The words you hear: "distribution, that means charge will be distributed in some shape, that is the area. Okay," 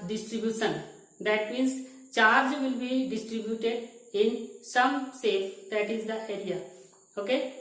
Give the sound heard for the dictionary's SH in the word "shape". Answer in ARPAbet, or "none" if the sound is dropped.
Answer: S